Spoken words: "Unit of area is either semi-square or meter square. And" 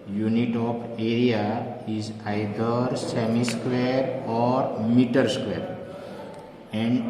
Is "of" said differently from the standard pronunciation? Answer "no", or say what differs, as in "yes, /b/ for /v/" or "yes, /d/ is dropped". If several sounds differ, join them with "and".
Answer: yes, /p/ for /v/